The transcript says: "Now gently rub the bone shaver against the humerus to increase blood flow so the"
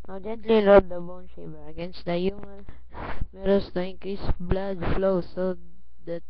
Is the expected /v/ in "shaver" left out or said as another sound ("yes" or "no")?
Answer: yes